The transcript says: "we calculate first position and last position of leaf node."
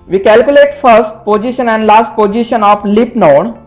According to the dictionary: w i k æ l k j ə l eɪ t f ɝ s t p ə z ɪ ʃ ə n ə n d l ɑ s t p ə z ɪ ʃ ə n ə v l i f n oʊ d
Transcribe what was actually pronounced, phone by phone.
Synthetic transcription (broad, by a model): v i k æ l k j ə l eɪ t f ɝ s t p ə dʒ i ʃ ə n ə n d l ɑ s t p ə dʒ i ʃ ə n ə f l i p n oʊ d